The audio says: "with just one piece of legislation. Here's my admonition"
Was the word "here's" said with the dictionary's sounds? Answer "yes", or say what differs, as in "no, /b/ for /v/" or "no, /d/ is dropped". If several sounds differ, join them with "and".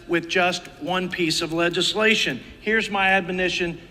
yes